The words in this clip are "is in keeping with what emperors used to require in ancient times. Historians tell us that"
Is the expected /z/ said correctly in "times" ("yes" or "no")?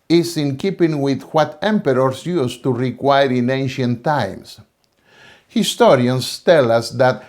no